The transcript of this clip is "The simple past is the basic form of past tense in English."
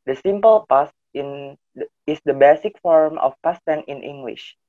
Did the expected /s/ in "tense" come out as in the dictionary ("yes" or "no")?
no